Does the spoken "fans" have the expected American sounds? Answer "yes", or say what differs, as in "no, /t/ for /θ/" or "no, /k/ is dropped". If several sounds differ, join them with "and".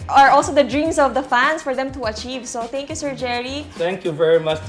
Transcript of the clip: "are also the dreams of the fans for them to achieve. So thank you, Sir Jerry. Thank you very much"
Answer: no, /s/ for /z/